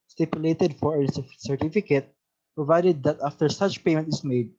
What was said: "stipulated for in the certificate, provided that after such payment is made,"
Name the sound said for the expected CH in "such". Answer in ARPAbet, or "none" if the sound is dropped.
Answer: CH